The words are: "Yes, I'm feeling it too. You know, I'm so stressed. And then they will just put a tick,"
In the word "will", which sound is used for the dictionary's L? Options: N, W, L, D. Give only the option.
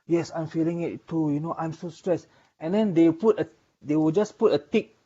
W